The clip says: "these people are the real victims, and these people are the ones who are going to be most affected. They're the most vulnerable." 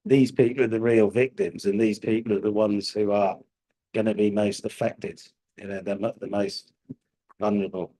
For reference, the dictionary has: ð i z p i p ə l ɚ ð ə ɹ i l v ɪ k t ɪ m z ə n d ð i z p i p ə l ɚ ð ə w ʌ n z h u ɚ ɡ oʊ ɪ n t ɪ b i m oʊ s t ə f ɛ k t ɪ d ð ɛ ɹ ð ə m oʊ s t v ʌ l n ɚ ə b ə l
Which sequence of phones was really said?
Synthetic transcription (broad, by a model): ð i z p i p l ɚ ð ə ɹ i l v ɪ k t ɪ m z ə n ð i z p i p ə l ɚ ð ə w ʌ n z h u ɚ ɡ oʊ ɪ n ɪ b i m oʊ s t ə f ɛ k t ɪ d ð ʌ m ð ə m oʊ s t v ʌ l n ɚ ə b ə l